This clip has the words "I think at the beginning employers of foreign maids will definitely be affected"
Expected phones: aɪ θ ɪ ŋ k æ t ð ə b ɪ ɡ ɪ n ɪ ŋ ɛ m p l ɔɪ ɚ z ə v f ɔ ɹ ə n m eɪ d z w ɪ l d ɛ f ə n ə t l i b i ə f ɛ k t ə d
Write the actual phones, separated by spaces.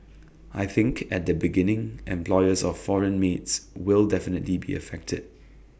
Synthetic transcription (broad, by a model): aɪ θ ɪ ŋ k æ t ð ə b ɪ ɡ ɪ n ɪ ŋ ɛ m p l ɔɪ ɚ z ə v f ɔ ɹ ə n m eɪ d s w ɪ l d ɛ f ə n ə t l i b i ə f ɛ k t ə d